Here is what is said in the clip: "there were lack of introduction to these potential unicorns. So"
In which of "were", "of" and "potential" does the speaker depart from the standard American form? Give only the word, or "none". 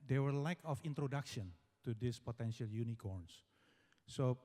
of